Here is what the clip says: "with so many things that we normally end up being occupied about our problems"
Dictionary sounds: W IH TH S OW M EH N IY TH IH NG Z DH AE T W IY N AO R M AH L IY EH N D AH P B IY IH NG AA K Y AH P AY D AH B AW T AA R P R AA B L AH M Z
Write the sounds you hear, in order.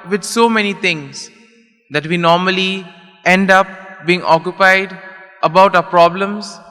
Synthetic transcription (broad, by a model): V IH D S OW M EH N IY T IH NG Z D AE T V IY N AO R M AH L IY EH N D AH P B IY IH NG AA K Y AH P AY D AH B AW T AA P R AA B L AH M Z